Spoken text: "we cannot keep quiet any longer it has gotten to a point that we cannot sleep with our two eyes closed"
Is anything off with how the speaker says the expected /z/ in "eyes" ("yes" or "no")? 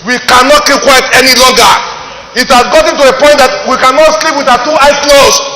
yes